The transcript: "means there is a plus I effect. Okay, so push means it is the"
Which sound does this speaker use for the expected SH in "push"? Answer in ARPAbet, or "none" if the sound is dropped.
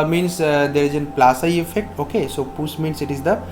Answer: S